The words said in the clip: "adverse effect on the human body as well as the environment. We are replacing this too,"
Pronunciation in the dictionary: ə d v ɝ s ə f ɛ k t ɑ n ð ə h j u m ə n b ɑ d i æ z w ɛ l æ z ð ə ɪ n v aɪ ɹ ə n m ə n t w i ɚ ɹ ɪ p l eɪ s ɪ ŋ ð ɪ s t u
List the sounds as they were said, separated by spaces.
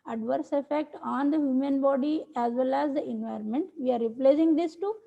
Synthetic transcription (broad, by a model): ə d v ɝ s ə f ɛ k t ɑ n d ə h j u m ə n b ɑ d i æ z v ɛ l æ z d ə ɪ n v aɪ ɹ ə n m ə n t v i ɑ ɹ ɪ p l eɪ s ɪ ŋ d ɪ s t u